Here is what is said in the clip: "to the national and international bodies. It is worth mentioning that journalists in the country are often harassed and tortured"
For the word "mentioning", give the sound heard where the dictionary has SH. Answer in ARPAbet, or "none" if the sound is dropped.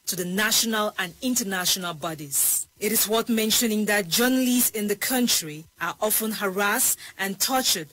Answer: SH